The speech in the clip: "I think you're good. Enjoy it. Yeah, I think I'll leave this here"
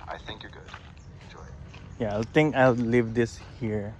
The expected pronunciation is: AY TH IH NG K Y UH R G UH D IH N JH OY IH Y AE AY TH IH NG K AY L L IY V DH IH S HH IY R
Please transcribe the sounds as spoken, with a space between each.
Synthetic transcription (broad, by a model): AY TH IH NG K Y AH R G UH D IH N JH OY IH Y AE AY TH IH NG K AY L L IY V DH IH S HH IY R